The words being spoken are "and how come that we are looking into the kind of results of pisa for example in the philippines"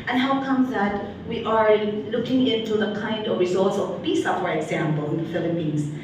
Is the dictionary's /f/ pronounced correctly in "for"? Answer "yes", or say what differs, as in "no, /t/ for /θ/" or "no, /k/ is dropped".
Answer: no, /p/ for /f/